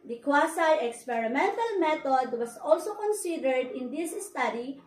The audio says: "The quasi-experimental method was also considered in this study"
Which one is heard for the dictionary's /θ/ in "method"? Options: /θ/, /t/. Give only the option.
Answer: /t/